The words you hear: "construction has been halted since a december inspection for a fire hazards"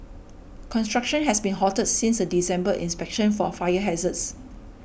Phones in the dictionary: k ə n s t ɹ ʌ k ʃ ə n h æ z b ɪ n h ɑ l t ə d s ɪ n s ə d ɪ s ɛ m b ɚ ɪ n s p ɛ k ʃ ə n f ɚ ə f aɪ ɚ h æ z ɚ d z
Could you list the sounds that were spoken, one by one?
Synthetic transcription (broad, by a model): k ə n s t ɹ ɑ k ʃ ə n h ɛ s b ɪ n h ɑ t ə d s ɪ n s ə d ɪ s ɛ m b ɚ ɪ n s p ɛ k ʃ ə n f ə f aɪ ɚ h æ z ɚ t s